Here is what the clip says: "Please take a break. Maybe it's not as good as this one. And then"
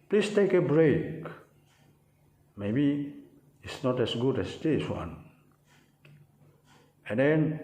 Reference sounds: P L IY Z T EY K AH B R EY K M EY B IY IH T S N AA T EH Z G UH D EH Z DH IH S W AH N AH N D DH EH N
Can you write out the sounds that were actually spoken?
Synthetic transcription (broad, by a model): P L IY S T EY K AH B R EY K M EY B IY IH T S N AA T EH S G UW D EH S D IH S W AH N AH N D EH N